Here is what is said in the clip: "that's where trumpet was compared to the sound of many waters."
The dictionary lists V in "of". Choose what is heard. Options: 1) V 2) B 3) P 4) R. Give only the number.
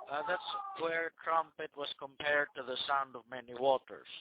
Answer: 1